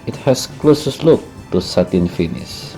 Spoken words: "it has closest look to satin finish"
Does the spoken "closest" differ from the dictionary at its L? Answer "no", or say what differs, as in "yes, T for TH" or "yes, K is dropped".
no